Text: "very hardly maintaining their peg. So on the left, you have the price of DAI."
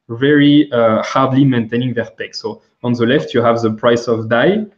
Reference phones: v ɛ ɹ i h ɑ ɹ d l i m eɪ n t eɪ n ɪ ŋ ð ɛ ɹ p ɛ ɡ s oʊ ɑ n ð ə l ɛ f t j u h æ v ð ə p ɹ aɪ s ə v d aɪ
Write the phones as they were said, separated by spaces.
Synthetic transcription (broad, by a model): v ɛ ɹ i h ɑ ɹ d l i m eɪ n t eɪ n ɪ ŋ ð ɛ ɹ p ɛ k s oʊ ɑ n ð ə l ɛ f t j u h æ v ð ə p ɹ aɪ s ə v d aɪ